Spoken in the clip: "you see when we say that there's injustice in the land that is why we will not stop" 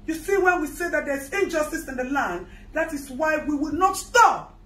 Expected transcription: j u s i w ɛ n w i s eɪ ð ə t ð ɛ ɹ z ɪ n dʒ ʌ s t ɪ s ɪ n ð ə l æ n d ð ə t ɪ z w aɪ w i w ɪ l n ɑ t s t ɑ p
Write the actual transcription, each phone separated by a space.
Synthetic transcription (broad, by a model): j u s i w ɛ n w i s eɪ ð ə t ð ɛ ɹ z ɪ n dʒ ʌ s t ɪ s ɪ n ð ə l æ n d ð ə t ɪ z w aɪ w i w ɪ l n ɑ t s t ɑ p